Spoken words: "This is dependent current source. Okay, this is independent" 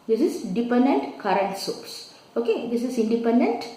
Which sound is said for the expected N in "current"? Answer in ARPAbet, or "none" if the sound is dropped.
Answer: N